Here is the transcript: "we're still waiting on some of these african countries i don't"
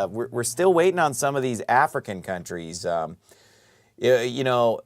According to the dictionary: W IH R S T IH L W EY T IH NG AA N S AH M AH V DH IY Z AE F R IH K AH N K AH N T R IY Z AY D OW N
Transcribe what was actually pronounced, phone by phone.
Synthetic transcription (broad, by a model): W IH R S T IH L W EY T IH NG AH N S AH M AH V DH IY Z AE F R IH K AH N K AH N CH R IY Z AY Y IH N